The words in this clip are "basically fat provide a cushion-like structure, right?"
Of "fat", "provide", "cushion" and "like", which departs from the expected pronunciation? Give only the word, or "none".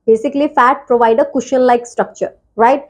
none